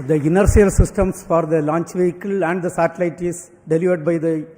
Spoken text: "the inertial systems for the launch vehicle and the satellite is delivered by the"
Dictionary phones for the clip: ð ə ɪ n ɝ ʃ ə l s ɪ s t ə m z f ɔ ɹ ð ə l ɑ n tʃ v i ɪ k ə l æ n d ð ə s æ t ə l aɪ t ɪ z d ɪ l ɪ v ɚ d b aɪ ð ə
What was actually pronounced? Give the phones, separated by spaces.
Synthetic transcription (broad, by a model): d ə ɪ n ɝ s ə l s ɪ s t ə m s f ɔ ɹ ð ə l ɑ n tʃ v i ɪ k ə l æ n d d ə s æ t ə l aɪ t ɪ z d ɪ l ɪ v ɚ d b aɪ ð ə